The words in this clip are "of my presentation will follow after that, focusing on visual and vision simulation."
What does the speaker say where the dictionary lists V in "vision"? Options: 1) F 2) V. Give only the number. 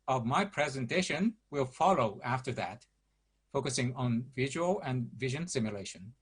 2